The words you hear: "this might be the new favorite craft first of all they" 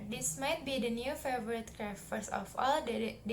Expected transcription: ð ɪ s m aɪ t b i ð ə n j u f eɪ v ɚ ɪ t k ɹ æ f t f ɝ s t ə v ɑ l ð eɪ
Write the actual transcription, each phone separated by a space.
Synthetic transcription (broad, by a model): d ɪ s m aɪ t b i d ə n j u f eɪ v ɚ ɪ t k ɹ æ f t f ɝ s ə f ɑ l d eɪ